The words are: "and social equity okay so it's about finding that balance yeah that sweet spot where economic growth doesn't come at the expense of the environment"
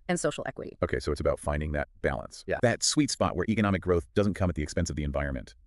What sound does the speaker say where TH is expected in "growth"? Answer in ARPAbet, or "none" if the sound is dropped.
TH